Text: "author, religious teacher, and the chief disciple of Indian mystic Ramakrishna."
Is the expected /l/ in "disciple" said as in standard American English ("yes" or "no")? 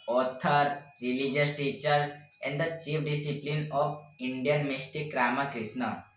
no